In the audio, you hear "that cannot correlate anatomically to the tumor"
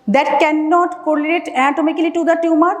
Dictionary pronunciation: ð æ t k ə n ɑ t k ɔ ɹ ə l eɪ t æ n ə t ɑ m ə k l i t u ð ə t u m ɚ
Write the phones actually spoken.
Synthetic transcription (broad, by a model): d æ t k ə n ɑ t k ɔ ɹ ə n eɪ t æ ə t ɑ m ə k l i t u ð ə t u m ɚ